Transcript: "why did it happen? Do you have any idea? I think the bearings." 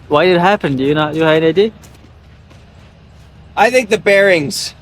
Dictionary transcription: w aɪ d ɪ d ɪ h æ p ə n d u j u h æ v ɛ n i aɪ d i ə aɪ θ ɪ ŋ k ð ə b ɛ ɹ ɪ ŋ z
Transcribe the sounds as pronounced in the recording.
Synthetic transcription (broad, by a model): w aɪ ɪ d ɪ h æ p ə n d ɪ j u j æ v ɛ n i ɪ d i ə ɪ θ ɪ ŋ k ð ə b ɛ ɹ ɪ ŋ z